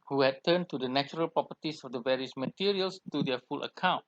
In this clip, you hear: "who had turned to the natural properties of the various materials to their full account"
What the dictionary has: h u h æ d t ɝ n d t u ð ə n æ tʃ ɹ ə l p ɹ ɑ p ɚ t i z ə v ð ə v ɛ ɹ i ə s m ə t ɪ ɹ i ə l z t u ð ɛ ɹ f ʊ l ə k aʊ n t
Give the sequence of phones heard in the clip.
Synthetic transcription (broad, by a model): h u h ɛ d t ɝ n t u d ə n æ tʃ ɹ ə l p ɹ ɑ p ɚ t i s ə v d ə v ɛ ɹ i ə s m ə t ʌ ɹ i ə l s t u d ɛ f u l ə k aʊ n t